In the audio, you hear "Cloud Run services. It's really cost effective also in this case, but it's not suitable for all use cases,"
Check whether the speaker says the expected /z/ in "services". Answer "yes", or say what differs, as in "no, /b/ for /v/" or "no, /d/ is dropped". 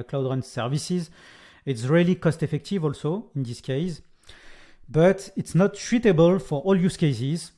yes